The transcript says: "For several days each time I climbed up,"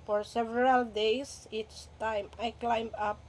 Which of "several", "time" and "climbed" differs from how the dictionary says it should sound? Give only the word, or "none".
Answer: climbed